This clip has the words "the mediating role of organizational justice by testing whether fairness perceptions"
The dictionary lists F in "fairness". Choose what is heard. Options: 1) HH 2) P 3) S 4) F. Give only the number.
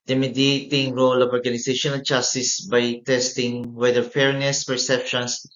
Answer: 4